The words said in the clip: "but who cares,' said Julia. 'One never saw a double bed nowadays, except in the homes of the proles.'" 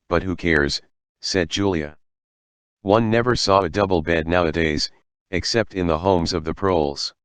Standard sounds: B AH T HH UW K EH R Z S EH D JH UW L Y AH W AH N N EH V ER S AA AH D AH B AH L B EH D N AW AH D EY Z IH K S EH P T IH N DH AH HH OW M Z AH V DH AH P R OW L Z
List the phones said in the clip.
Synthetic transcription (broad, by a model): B AH T HH UW K EH R Z S EH D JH UW L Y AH W AH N N EH V ER S AA AH D AH B L B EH D N AW AH D EY Z IH K S EH P T IH N DH AH HH OW M Z AH V DH AH P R OW L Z